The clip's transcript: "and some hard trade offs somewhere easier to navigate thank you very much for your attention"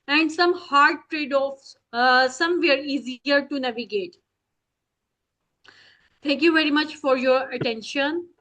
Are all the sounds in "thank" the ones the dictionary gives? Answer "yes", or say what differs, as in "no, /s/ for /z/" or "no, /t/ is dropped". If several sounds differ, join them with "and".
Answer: no, /t/ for /θ/